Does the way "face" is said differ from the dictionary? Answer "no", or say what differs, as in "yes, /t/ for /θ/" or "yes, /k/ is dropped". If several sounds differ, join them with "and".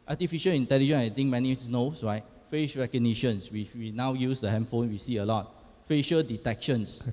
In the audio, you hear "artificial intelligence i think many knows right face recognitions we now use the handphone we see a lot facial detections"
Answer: yes, /ʃ/ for /s/